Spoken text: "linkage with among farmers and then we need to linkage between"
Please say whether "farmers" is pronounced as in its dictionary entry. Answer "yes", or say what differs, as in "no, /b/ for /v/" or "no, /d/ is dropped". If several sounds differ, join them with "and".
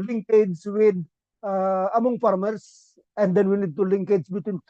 no, /s/ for /z/